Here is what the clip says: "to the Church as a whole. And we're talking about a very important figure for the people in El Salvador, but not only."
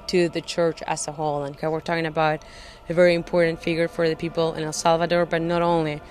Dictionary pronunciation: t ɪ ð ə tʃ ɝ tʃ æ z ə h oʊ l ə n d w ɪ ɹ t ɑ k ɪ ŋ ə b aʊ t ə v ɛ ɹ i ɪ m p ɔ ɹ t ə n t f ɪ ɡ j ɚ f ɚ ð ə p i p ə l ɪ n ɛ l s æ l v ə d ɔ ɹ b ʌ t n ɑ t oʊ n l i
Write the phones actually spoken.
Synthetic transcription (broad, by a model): t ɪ ð ə tʃ ɝ tʃ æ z ə h oʊ l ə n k w ɪ ɹ t ɑ k ɪ ŋ ə b aʊ t ə v ɛ ɹ i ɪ m p ɔ ɹ t n t f ɪ ɡ j ɚ f ɚ ð ə p i p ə l ɪ n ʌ s æ l v ə d ɔ ɹ b ʌ t n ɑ t oʊ n l i